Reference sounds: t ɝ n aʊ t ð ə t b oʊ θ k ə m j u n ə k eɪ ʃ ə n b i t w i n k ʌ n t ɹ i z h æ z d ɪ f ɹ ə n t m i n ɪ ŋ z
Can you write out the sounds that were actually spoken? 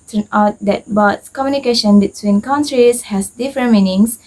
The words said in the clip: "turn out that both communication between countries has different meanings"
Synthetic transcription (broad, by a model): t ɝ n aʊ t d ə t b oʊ s k ə m j u n ə k eɪ ʃ ə n b i t w i n k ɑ n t ɹ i s h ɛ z d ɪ f ɹ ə n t m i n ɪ ŋ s